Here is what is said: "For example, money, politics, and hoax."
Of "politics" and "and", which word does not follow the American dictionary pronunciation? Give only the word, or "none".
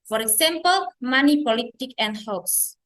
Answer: politics